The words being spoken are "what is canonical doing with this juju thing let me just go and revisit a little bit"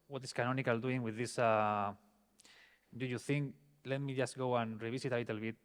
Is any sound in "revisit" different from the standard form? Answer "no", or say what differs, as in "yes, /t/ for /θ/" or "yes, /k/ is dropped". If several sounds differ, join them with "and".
yes, /s/ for /z/